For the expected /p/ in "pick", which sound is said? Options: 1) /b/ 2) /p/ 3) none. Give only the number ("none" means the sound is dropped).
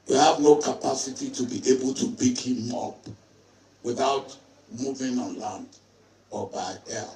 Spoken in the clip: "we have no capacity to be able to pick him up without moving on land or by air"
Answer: 1